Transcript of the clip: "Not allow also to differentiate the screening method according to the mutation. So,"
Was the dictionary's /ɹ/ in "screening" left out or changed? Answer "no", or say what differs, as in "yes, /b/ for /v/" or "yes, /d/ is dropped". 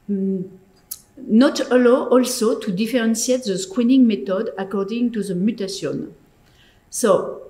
yes, /w/ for /ɹ/